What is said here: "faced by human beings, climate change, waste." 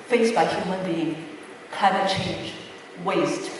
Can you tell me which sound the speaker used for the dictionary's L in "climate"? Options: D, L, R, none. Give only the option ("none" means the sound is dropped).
none